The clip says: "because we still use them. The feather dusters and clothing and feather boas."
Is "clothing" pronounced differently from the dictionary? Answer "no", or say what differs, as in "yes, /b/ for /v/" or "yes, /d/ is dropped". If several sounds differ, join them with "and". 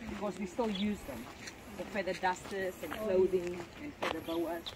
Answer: no